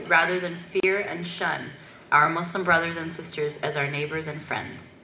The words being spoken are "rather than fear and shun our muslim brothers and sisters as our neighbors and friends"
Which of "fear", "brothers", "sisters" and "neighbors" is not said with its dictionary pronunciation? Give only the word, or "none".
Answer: none